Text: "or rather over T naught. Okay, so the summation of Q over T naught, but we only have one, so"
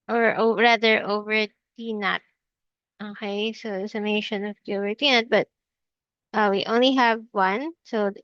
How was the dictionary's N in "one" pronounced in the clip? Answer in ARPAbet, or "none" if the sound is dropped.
N